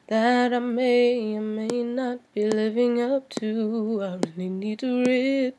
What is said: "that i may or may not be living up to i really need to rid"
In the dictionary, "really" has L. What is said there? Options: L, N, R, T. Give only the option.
N